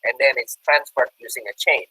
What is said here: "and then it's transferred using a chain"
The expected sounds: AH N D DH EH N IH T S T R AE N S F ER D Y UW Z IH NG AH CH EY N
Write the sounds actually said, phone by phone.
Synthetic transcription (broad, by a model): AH N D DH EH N IH T S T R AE N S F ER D Y UW Z IH NG AH CH EY N